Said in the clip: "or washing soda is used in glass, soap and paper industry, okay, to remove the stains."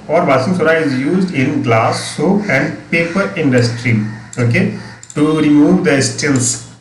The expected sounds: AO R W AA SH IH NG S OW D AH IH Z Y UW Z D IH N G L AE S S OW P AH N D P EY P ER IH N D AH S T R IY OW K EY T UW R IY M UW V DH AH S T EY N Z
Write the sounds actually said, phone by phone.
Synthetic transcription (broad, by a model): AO R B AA S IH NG S OW D AH IH Z Y UW Z D IH N G L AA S S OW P AH N D P EY P ER IH N D AH S T R IY OW K EY T UW R IY M UW V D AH S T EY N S